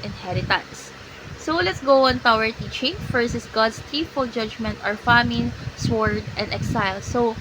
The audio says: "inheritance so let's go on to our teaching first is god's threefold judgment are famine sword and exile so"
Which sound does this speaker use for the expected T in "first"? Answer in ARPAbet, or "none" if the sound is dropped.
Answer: none